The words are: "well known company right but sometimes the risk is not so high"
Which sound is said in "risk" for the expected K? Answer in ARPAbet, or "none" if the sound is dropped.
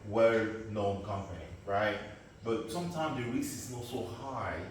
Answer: none